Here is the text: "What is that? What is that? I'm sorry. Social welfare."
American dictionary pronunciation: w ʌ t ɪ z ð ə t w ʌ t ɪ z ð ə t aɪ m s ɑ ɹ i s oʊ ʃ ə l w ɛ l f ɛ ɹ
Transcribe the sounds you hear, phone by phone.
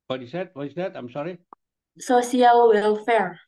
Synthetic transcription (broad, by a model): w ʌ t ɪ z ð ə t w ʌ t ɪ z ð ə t aɪ m s ɑ ɹ i s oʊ s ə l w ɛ l f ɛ ɹ